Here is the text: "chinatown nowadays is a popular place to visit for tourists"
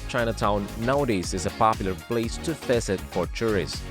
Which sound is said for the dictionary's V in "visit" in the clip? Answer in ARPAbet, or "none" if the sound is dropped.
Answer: F